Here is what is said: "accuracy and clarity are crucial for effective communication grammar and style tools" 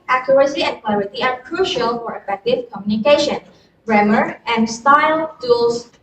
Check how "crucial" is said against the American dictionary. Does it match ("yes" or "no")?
yes